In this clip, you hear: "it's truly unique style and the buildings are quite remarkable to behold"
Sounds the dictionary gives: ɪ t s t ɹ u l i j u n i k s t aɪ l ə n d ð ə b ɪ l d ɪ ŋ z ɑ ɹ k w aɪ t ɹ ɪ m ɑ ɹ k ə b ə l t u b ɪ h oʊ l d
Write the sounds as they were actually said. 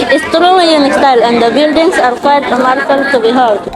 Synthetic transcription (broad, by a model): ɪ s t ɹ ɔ w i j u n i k s t aɪ l ə n d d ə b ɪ l d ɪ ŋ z ɑ ɹ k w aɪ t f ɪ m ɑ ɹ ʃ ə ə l t u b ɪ h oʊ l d